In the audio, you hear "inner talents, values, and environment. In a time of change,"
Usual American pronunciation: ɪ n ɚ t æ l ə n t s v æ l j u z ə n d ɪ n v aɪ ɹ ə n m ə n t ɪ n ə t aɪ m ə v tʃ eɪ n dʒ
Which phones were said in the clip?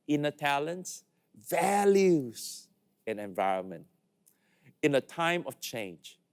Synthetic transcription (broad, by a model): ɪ n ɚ t æ l ə n t s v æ l j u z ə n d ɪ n v aɪ ɹ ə n m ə n t ɪ n ə t aɪ m ə v tʃ eɪ n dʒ